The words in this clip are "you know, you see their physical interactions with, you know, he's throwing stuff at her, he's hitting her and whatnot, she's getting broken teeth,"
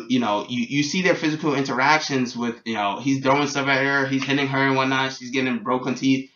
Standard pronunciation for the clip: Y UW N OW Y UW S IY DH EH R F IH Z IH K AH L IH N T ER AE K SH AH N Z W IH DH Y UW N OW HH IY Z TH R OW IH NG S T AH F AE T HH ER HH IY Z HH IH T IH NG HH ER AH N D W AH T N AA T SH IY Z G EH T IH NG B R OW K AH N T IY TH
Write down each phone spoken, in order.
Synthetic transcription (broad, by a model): Y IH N OW Y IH S IY DH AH R F IH Z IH K L IH N T ER AE K SH AH N Z W IH DH Y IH N OW HH IY Z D R OW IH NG S T AH F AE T HH ER HH IY Z HH IH T IH NG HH ER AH N W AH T N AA T SH IY Z G EH T IH NG B R OW K AH N T IY TH